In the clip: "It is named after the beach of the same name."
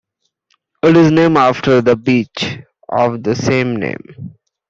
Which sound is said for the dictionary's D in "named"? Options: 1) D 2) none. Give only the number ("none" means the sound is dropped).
2